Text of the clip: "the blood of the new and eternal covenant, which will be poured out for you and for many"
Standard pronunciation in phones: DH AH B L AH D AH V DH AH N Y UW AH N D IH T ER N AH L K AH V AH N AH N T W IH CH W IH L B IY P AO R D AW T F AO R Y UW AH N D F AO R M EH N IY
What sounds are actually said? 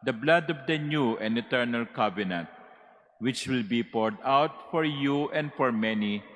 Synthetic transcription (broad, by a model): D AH B L AH D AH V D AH N Y UW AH N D IH T ER N AH L K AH B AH N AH T W IH CH W IH L B IY P AO R D AW T F AO R Y UW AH N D F AO R M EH N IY